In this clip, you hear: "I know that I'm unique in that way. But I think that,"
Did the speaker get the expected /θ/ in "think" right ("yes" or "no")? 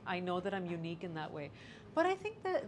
yes